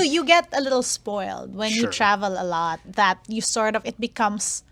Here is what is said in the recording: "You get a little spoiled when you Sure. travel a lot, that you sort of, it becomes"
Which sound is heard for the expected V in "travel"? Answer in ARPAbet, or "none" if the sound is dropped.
V